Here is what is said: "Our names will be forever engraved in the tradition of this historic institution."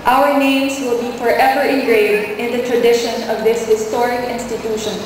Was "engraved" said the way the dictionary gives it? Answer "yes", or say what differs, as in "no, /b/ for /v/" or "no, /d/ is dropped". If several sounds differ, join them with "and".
no, /v/ is dropped